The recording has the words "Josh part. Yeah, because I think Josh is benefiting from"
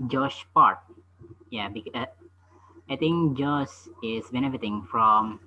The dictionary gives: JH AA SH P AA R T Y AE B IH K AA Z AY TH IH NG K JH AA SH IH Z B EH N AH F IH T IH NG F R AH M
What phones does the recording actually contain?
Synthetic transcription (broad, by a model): JH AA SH P AA R T Y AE B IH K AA IH T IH NG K JH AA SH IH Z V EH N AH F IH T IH NG F R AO M